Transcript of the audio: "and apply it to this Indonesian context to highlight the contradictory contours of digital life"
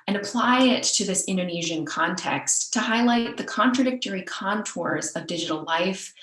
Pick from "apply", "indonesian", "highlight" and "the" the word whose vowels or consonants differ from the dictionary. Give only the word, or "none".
none